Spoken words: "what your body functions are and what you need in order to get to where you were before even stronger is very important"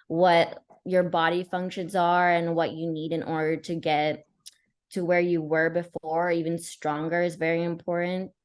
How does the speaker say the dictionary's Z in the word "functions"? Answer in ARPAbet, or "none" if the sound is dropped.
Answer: Z